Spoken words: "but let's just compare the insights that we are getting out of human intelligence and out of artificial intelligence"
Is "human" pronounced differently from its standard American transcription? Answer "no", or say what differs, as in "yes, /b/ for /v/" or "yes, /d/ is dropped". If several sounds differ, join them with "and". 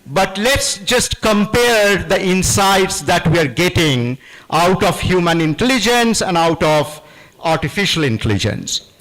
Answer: no